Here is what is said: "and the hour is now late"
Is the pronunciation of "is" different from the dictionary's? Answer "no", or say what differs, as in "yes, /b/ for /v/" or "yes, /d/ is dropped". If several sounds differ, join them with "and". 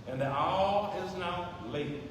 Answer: no